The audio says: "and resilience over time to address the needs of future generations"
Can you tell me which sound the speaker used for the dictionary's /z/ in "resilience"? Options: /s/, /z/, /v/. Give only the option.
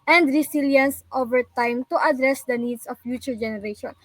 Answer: /s/